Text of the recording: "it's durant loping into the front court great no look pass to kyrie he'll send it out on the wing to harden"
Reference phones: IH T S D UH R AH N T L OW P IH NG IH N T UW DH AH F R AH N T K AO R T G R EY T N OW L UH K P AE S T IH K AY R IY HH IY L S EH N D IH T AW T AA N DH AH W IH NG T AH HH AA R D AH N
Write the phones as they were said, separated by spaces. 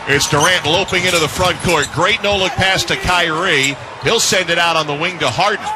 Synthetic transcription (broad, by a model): IH T S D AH R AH N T L OW P IH NG IH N T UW DH AH F R AH N K AO R T G R EY T N OW L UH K P AE S T IH K AY R IY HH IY L S EH N D IH T AW T N DH AH W IH NG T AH HH AA R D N